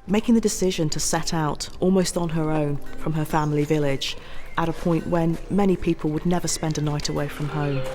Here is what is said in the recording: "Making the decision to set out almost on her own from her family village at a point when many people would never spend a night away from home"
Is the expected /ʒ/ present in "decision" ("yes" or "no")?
yes